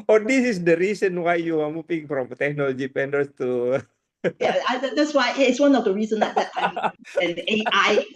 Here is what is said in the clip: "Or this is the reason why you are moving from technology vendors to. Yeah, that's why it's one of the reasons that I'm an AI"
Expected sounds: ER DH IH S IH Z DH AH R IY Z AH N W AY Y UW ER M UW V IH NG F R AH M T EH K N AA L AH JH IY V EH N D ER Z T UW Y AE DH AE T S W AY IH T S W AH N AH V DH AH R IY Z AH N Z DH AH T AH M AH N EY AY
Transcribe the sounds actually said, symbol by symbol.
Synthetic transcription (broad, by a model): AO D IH S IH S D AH R IY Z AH N W AY Y UW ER M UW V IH NG F R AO M T EH K N AA L AH JH IY P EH N D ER S T UW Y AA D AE T S W AY IH T S W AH N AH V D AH R IY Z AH N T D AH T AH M AH N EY AY